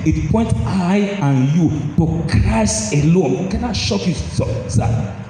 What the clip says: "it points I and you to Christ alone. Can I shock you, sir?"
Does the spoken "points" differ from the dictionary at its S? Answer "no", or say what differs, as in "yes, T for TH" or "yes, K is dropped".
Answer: yes, S is dropped